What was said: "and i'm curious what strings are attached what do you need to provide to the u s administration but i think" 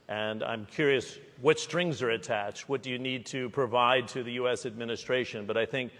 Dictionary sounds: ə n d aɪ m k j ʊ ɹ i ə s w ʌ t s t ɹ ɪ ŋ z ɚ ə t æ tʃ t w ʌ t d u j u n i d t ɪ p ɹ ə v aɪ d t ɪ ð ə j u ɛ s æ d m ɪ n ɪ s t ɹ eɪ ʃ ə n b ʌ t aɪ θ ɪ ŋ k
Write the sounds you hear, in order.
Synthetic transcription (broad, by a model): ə n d aɪ m k j ʊ ɹ i ə s w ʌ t s t ɹ ɪ ŋ z ɚ ə t æ tʃ t w ʌ t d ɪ j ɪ n i d t ɪ p ɹ ə v aɪ d t ɪ ð ə j u ɛ s æ d m ɪ n ɪ s t ɹ eɪ ʃ ə n b ʌ t aɪ θ ɪ ŋ k